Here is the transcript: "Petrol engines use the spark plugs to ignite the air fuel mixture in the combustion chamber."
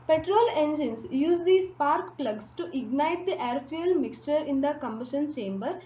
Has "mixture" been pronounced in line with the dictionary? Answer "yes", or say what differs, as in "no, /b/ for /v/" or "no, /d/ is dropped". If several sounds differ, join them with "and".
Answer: yes